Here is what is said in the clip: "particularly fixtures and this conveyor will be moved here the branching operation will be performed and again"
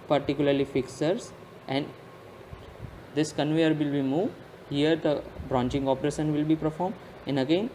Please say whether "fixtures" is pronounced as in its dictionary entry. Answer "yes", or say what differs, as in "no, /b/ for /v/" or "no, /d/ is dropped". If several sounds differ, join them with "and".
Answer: no, /tʃ/ is dropped